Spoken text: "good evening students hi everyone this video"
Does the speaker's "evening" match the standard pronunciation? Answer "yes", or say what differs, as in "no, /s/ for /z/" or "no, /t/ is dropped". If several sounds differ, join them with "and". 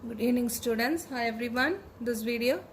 no, /v/ is dropped